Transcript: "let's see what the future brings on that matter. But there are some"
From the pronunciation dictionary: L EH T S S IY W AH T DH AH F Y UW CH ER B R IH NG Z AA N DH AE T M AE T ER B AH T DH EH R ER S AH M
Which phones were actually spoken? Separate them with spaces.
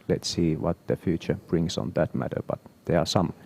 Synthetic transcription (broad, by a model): L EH T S S IY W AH T DH AH F Y UW CH ER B R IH NG S AA N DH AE T M AE T ER B AH T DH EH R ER S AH M